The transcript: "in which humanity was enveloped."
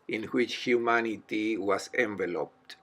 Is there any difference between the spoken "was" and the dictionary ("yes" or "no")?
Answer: yes